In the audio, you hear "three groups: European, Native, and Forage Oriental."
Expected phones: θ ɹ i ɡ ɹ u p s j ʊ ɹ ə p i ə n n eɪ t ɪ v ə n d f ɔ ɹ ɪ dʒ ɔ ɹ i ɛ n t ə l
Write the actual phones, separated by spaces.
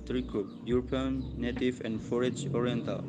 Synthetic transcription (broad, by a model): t ɹ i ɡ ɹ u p j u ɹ p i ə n n eɪ t ɪ v ə n d f ɔ ɹ ɪ dʒ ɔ ɹ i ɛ n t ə l